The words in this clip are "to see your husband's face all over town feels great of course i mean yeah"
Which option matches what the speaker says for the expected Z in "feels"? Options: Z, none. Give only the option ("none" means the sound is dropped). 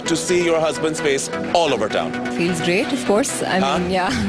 Z